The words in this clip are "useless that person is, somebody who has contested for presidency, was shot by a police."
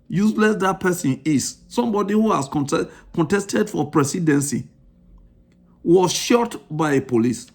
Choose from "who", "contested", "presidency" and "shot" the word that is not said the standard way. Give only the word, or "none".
presidency